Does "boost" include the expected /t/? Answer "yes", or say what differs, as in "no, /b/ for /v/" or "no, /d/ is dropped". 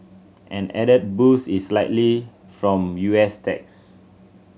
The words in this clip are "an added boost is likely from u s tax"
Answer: no, /t/ is dropped